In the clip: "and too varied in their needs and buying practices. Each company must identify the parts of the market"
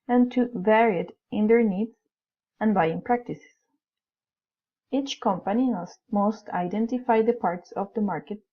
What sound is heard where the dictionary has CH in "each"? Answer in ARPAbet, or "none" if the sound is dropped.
CH